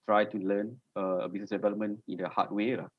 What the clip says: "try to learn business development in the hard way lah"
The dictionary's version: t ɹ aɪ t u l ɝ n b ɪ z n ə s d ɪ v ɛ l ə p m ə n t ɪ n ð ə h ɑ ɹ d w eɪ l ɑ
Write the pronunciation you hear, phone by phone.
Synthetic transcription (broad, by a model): t ɹ aɪ t u l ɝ n b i s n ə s d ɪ v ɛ l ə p m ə n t ɪ n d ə h ɑ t w eɪ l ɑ